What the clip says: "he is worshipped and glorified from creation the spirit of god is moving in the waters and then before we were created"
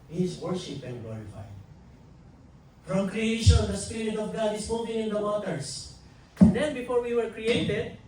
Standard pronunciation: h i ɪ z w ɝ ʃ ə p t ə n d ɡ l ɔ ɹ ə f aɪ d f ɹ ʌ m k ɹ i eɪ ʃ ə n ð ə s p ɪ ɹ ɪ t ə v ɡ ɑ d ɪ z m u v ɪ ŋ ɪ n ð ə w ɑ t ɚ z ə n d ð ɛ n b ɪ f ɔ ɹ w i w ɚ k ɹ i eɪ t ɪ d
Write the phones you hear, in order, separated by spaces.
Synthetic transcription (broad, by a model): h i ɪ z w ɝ ʃ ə p ə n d ɡ l ɔ ɹ ə f aɪ d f ɹ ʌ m k ɹ i eɪ ʃ ə n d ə s p ɪ ɹ ɪ t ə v ɡ ɑ d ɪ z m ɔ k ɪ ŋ ɪ n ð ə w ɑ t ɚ s ə n d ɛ n b ɪ f ɔ ɹ w i w ɚ k ɹ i eɪ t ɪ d